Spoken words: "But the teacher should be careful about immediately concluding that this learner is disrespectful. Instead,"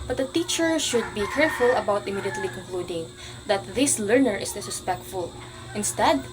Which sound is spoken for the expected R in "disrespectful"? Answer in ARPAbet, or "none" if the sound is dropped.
none